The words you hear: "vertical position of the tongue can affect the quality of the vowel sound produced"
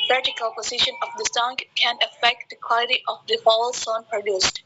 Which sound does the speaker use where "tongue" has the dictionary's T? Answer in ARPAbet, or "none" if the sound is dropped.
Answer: S